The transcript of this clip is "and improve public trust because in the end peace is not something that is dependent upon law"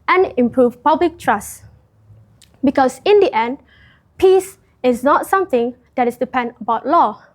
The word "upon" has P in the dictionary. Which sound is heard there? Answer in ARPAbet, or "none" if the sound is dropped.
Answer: none